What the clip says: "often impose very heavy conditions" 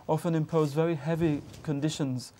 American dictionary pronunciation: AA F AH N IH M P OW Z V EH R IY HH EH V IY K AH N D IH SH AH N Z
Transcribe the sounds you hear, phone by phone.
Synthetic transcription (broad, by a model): AA F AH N IH M P OW Z V EH R IY HH EH V IY K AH N D IH SH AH N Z